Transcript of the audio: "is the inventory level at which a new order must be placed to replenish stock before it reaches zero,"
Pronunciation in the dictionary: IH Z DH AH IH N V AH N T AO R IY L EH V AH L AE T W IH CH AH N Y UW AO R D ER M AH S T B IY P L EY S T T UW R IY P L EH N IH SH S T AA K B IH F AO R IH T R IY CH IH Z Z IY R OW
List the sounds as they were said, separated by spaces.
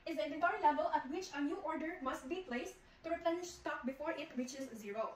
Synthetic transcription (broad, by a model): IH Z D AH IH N AH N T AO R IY L EH V AH L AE T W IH CH AH N Y UW AO R D ER M AH S T B IY P L EY S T T UW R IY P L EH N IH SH S T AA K B IH F AO R IH T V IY CH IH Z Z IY R OW